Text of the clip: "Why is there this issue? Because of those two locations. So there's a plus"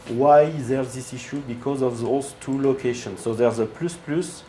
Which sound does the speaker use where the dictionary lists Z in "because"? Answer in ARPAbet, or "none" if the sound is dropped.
Z